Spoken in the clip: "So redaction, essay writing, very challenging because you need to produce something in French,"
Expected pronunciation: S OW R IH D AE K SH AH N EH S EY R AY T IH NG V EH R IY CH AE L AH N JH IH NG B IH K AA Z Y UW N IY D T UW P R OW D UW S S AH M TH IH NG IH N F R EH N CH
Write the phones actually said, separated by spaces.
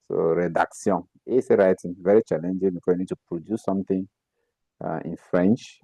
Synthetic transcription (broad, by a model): S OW R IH D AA K S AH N EH S EY R AY T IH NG V EH R IY CH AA L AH N JH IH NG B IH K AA Y UW N IY D T UW P R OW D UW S S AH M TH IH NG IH N F R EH N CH